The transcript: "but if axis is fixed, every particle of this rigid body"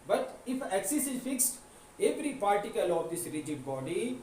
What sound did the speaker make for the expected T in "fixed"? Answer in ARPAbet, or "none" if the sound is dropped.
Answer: T